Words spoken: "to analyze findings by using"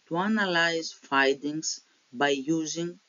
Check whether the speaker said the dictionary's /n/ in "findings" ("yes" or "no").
no